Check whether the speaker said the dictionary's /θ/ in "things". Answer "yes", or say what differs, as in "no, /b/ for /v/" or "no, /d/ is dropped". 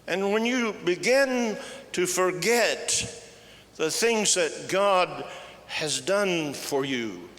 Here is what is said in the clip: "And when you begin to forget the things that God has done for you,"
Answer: yes